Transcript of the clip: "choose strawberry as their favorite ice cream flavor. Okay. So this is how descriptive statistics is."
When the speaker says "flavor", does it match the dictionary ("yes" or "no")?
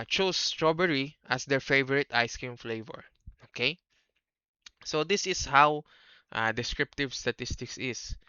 yes